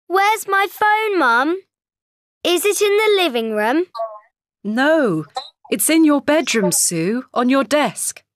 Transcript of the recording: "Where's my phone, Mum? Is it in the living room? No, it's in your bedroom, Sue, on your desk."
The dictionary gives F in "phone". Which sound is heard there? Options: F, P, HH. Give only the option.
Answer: F